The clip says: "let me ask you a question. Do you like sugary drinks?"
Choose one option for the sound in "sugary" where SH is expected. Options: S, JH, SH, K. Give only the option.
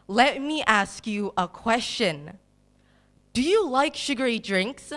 SH